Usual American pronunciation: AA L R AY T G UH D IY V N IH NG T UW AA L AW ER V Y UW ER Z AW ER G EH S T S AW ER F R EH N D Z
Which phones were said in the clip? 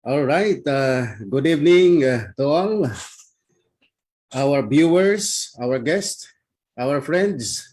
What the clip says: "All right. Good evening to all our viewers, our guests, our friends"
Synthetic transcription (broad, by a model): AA L R AY T G UH D IY V N IH NG T UW AA L AW ER B Y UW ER S AW ER G EH S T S AW ER F R EH N D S